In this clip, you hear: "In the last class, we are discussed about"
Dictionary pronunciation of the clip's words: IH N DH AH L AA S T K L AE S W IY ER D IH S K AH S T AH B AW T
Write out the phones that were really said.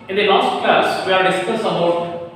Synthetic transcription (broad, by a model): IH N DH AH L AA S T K AH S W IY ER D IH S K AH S AH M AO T